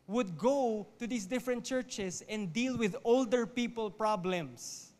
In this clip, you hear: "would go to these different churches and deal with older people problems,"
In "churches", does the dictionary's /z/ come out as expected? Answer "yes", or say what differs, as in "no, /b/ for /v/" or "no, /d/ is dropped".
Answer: no, /s/ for /z/